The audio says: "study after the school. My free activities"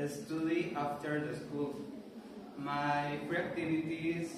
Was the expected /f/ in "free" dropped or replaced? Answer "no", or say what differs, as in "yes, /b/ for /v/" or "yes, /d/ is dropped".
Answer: yes, /p/ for /f/